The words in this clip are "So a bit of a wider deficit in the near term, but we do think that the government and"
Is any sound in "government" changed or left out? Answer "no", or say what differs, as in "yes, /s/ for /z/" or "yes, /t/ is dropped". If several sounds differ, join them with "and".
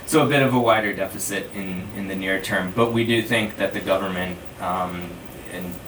no